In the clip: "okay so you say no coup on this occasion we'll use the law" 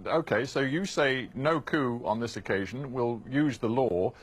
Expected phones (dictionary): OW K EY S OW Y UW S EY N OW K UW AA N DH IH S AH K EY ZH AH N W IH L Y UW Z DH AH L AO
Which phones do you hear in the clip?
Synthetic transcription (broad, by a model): OW K EY S OW Y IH S EY N OW K UW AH N DH IH S AH K EY ZH AH N W IH L Y UW Z DH AH L AO